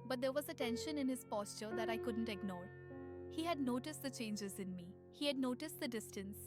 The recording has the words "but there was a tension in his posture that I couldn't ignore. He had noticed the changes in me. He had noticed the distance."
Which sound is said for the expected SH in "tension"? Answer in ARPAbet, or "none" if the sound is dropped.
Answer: SH